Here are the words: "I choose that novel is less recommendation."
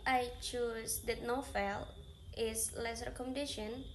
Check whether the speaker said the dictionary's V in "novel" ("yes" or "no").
no